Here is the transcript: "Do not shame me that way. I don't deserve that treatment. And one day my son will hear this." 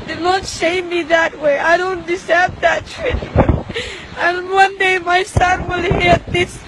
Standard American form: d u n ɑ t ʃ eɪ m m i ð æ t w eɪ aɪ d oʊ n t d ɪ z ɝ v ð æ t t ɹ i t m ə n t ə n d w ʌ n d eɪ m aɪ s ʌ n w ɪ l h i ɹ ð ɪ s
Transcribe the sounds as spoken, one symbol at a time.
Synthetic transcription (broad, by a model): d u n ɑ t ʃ eɪ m m i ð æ t w eɪ aɪ d oʊ n t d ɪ s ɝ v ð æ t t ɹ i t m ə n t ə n w ʌ n d eɪ m aɪ s ʌ n w ɪ l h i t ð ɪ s